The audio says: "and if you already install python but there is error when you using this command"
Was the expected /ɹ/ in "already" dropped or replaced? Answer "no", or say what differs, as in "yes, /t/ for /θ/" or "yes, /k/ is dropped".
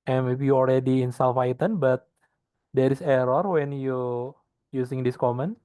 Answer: yes, /l/ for /ɹ/